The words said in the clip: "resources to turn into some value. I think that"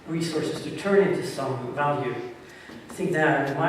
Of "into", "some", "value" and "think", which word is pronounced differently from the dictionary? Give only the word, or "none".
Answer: none